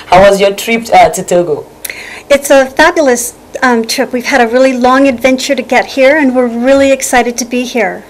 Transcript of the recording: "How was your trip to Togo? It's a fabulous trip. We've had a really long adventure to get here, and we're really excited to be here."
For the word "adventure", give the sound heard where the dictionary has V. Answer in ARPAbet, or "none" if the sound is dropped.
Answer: V